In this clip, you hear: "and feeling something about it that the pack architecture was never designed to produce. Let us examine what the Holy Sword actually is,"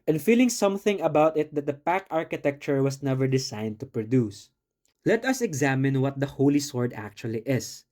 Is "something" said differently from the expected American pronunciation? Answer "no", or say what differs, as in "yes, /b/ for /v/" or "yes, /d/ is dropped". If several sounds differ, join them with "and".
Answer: no